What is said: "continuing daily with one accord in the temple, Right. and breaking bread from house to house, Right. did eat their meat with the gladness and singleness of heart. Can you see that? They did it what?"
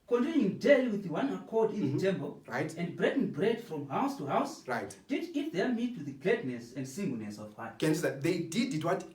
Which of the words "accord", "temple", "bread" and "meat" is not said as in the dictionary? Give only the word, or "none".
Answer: temple